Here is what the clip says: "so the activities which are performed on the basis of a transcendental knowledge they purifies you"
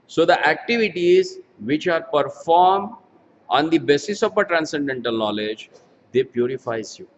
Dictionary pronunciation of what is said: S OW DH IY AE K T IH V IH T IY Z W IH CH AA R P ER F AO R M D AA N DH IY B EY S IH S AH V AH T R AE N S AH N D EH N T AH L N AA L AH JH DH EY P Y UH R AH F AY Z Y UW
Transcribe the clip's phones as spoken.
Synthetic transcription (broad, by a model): S OW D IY AE K T IH V IH T IY Z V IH CH AA R P ER F AO R M D AA N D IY B EY S IH S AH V AH T R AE N S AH N D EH N T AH L N AA L AH JH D EY P Y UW R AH F AY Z Y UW